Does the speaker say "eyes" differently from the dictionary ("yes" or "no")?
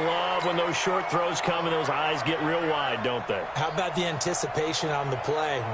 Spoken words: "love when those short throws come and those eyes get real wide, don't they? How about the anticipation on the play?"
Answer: no